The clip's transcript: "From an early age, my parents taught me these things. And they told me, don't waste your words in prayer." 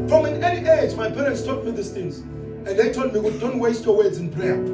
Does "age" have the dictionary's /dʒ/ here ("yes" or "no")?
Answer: no